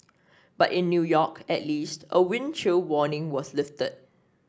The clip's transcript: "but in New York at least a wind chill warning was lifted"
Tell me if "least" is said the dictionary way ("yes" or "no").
yes